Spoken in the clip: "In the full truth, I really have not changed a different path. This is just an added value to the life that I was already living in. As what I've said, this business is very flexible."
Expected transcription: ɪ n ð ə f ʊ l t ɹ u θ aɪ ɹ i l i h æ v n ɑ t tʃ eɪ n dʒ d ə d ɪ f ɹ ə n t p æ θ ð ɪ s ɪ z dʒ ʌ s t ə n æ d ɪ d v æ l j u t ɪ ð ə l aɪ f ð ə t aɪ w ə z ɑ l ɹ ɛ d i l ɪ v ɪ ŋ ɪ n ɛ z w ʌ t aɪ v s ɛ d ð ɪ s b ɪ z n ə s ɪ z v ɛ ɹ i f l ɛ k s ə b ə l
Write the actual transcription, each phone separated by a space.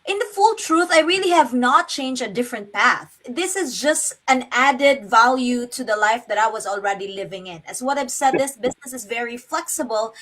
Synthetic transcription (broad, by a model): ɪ n ð ə f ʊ l t ɹ u θ aɪ ɹ i l i h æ v n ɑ t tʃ eɪ n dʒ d ə d ɪ f ɹ ə n t p æ θ ð ɪ s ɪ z dʒ ʌ s t ə n æ d ɪ d v æ l j u t ɪ ð ə l aɪ f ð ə t aɪ w ə z ɑ l ɹ ɛ d i l ɪ v ɪ ŋ ɪ n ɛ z w ʌ t aɪ v s ɛ d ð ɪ s b ɪ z n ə s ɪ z v ɛ ɹ i f l ɛ k s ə b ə l